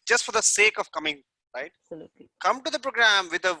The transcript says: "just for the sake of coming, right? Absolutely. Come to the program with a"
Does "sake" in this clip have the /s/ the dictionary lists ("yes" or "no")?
yes